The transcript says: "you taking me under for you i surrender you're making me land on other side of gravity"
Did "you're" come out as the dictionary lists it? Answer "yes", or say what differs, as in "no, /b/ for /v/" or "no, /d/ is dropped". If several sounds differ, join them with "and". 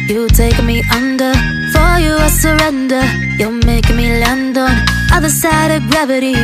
no, /l/ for /ɹ/